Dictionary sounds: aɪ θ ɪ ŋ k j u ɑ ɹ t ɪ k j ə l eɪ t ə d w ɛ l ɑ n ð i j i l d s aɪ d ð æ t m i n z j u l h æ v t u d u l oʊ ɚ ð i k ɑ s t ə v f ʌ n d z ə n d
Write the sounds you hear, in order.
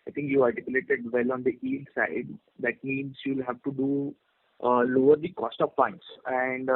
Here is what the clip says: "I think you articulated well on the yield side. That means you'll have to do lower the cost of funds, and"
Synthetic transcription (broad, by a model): aɪ t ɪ ŋ k j u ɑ l t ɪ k j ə l eɪ t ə d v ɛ l ɑ n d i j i l s aɪ d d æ t m i n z j u l h æ v t u d u l oʊ ɚ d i k ɑ s t ə v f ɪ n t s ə n d